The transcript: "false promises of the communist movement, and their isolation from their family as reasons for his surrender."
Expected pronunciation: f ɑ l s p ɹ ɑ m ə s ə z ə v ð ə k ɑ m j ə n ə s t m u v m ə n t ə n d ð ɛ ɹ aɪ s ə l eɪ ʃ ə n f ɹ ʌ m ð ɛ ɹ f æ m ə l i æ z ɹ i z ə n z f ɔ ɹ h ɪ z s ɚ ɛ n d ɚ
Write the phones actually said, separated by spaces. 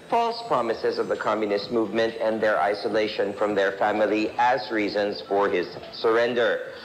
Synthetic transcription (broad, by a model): f ɑ l s p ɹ ɑ m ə s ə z ə v ð ə k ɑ m j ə n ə s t m u v m ə n t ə n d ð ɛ ɹ aɪ s ə l eɪ ʃ ə n f ɹ ʌ m ð ɛ ɹ f æ m ə l i æ z ɹ i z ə n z f ɔ ɹ h ɪ z s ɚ ɛ n d ɚ